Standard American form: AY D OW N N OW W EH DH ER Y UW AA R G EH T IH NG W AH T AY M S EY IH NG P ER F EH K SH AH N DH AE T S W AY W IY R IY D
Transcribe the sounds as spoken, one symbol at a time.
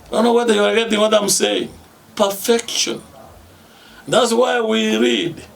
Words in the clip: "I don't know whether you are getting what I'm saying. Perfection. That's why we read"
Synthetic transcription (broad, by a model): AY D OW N N OW W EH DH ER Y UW AA R G EH T IH NG W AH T AY M S EY IH NG P ER F EH K SH AH N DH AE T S W AY W IY R IY D